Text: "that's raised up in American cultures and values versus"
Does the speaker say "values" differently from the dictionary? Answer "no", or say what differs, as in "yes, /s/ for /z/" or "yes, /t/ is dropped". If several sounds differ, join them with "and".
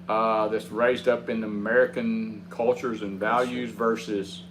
no